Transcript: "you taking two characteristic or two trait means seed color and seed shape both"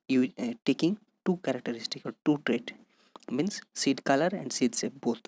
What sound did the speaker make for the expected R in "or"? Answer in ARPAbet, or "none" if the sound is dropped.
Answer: L